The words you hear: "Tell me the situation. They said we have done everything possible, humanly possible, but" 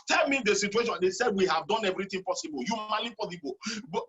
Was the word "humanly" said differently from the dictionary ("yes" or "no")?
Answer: yes